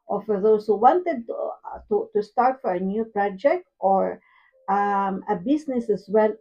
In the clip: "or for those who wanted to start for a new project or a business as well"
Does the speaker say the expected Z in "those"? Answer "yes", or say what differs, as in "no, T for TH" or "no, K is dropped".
no, S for Z